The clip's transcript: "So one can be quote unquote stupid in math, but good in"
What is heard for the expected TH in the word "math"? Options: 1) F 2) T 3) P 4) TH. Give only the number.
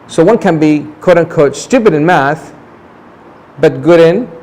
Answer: 4